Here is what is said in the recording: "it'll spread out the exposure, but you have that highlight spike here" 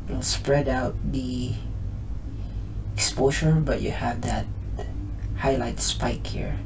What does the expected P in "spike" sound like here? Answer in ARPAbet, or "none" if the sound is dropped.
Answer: P